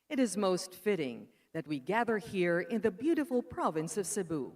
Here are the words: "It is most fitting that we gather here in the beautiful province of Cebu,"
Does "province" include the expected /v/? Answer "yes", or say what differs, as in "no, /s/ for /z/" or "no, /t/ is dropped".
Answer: yes